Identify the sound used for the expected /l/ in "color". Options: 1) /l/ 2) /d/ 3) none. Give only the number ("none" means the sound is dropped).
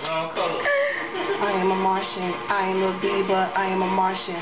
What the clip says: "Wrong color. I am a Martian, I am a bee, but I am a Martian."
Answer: 3